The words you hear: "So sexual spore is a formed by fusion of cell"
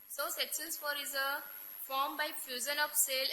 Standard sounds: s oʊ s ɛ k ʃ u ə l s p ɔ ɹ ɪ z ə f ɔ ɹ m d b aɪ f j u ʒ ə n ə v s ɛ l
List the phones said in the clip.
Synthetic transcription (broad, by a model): s oʊ s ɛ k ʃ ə n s f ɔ ɹ ɪ z ə f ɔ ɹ m b aɪ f j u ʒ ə n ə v s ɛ l